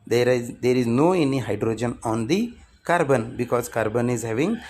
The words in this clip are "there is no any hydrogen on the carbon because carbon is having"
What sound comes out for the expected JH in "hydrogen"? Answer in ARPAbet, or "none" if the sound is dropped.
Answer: JH